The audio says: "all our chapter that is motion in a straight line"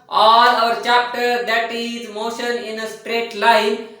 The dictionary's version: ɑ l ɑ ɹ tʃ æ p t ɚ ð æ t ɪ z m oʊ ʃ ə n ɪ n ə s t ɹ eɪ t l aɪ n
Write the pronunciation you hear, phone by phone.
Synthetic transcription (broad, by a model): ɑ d ɑ ɹ tʃ æ p t ɚ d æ t ɪ z m oʊ ʃ ə n ɪ n ə s t ɹ eɪ t l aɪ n